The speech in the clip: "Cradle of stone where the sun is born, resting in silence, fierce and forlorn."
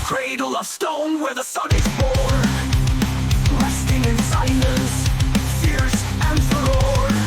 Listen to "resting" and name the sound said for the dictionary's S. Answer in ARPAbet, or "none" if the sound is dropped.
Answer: S